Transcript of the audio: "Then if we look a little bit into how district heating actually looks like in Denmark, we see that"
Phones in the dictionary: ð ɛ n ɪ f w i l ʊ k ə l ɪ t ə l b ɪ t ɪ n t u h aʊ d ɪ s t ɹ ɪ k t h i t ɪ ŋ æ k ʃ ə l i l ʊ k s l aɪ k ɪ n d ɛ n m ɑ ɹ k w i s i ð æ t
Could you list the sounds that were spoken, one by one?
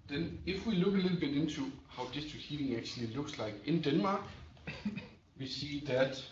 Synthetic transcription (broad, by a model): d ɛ n ɪ f w i l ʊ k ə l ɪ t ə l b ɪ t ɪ n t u h aʊ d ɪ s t ɪ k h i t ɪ ŋ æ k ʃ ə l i l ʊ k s l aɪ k ɪ n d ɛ n m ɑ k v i s i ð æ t